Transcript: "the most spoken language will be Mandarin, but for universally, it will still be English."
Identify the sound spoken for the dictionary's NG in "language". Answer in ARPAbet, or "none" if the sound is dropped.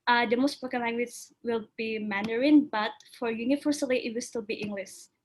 none